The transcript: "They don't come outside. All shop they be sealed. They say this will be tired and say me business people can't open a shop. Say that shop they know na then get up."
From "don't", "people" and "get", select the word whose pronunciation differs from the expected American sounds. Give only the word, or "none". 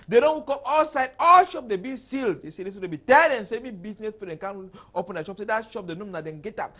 people